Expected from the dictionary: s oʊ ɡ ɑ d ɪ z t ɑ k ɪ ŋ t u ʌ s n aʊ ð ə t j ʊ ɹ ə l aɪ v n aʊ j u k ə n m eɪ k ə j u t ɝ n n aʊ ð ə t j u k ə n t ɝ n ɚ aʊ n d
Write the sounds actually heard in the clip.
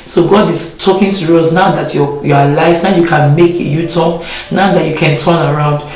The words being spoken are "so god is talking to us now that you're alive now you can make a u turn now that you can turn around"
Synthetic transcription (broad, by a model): s oʊ ɡ ɑ d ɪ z t ɑ k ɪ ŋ t u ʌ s n aʊ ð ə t j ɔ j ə l aɪ f n aʊ j u k ə n m eɪ k ə j u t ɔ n n aʊ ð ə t j u k ə n t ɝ n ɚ aʊ n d